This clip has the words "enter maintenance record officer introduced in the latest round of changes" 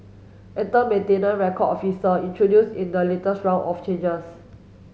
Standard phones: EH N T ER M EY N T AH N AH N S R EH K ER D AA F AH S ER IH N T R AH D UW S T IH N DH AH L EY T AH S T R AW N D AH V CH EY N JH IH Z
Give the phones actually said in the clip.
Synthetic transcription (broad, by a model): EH N T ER M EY N T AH N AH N R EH K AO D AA F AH S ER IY N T R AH D UW S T IH N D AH L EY T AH S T R AW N AH F CH EY N JH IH S